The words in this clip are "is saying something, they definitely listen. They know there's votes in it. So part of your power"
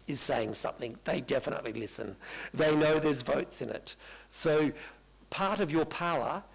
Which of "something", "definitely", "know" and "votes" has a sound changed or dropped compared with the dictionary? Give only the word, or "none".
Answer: none